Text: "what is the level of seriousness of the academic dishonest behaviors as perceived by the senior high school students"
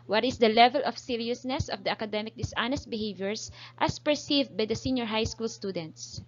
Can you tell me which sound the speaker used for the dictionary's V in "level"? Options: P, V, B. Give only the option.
V